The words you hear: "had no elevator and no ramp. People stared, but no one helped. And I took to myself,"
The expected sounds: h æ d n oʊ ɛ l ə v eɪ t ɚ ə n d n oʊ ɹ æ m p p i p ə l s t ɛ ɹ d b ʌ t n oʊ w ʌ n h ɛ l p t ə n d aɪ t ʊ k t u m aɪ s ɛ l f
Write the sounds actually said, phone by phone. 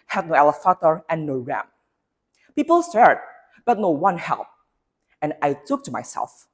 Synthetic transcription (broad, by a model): h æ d n oʊ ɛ l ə f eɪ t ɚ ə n n oʊ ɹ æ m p p i p ə l s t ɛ ɹ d b ʌ t n oʊ w ʌ n h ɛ l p ə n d aɪ t ʊ k t u m aɪ s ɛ l f